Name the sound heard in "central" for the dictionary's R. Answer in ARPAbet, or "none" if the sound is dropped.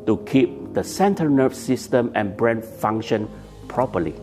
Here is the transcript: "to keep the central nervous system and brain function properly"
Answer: none